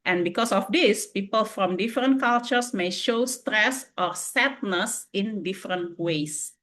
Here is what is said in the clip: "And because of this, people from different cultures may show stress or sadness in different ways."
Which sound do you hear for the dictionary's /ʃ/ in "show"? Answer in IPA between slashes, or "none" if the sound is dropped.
/ʃ/